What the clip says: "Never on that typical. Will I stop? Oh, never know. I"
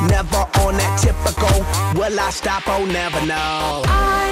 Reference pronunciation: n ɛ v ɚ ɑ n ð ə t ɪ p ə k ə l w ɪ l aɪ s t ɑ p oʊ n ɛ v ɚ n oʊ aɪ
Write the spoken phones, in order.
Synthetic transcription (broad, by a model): n ɛ v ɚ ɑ n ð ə t ɪ p ə k ə l w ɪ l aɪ s t ɑ p oʊ n ɛ v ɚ n oʊ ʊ